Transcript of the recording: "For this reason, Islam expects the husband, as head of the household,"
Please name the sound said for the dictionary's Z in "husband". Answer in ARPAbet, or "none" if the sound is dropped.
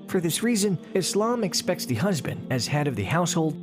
Z